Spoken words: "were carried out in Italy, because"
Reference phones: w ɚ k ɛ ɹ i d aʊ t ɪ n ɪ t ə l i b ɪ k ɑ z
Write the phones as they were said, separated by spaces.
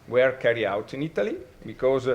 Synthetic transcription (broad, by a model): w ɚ k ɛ ɹ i aʊ t ɪ n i t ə l i b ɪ k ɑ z